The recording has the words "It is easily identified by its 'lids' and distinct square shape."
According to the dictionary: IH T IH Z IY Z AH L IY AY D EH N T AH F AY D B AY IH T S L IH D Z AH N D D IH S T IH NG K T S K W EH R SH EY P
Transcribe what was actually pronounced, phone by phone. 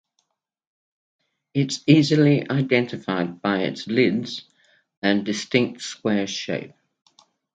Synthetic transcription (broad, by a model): IH T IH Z IY Z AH L IY AY D EH N T AH F AY D B AY IH T S L IH D Z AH N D D IH S T IH NG K T S K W EH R SH EY P